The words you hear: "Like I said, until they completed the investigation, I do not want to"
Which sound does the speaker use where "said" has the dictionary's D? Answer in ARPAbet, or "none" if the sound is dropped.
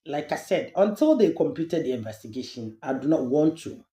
D